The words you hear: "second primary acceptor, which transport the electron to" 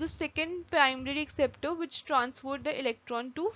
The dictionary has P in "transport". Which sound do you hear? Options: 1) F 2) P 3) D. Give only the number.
1